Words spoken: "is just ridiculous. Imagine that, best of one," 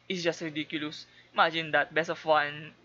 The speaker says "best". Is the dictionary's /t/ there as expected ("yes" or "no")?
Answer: no